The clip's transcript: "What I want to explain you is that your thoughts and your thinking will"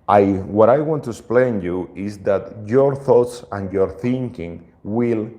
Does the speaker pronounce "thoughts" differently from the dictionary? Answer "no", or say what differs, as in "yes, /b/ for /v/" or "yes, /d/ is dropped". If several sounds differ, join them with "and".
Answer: no